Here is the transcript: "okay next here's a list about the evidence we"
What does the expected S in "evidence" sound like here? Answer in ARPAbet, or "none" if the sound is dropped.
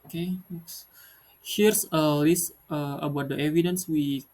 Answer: S